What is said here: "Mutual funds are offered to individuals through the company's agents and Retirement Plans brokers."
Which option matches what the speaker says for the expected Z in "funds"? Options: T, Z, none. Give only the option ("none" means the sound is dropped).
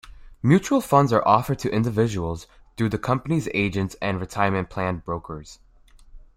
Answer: Z